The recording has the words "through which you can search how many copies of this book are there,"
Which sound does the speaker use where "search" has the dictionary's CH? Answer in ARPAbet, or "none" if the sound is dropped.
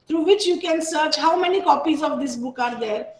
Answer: CH